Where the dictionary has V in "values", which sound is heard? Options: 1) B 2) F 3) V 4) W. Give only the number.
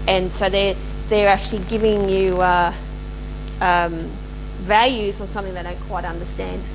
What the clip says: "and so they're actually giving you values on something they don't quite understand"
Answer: 3